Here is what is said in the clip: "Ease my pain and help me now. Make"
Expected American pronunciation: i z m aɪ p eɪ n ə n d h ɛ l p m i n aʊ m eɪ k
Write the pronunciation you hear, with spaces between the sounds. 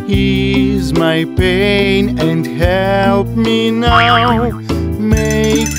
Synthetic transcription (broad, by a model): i z m aɪ p eɪ n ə n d h ɛ l p m i n aʊ m eɪ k